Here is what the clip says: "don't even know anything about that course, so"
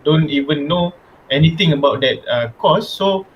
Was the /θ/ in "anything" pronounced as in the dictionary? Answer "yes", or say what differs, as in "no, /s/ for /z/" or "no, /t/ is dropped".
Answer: no, /t/ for /θ/